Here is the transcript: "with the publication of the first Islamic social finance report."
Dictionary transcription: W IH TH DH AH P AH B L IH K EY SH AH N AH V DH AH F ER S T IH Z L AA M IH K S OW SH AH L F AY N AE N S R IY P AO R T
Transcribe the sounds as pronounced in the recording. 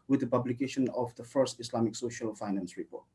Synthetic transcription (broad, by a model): W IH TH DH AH P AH B L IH K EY SH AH N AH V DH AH F ER S T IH S L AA M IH K S OW SH AH L F AY N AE N S R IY P AO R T